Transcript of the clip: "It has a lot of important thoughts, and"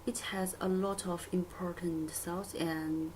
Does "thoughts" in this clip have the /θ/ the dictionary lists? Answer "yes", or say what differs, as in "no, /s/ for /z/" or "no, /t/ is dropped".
no, /s/ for /θ/